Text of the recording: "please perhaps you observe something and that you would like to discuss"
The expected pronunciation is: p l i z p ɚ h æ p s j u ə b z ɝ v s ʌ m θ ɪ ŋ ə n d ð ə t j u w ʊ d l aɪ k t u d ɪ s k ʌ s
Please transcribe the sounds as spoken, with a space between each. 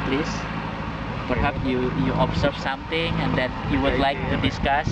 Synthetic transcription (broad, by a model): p l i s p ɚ h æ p s j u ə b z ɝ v s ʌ m t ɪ ŋ ə n d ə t j u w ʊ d l aɪ k t u d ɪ s k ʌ s